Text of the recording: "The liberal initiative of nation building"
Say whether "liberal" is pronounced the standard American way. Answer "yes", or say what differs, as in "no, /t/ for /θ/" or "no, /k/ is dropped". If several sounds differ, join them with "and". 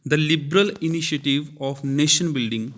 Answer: yes